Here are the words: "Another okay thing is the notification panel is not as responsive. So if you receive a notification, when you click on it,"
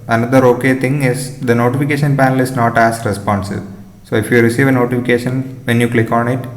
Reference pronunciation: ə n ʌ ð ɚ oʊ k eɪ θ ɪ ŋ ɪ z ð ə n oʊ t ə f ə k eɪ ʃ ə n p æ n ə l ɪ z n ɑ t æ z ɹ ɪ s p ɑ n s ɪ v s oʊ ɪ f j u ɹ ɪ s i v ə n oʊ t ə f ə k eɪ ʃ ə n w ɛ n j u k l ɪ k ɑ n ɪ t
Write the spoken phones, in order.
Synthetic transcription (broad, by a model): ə n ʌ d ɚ oʊ k eɪ t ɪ ŋ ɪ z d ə n oʊ t ə f ə k eɪ ʃ ə n p æ n ə l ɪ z n ɑ t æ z ɹ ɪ s p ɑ n s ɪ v s oʊ ɪ f j u ɹ ɪ s i v ə n oʊ t ə f ə k eɪ ʃ ə n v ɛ n j u k l ɪ k ɑ n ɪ t